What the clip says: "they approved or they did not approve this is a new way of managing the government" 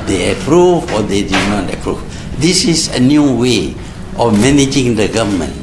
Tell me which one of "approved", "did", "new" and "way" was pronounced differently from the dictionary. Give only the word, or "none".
approved